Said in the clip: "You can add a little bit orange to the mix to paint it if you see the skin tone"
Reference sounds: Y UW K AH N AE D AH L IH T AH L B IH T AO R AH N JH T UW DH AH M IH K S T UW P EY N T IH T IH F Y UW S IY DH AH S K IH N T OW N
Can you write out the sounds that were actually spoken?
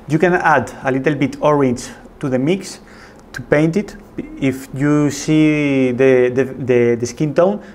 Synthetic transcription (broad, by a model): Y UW K AH N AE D AH L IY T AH L B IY T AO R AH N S T UW DH AH M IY K S T UW P EY N T IH T IH F Y UW S IY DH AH S K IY N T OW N